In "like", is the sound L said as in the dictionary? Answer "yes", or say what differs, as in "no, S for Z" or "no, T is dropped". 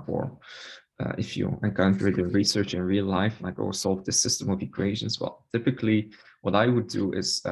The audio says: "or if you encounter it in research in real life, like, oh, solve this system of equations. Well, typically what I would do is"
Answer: no, N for L